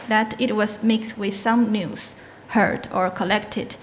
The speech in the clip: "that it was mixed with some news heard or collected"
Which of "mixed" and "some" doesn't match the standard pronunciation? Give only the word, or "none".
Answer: none